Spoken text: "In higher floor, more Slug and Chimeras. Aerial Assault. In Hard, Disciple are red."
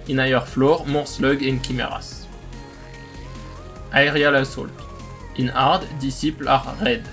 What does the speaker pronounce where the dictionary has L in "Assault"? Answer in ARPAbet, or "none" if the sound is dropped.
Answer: L